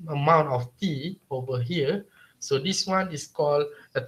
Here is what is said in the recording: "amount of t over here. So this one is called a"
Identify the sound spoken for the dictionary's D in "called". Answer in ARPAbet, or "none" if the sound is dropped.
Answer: none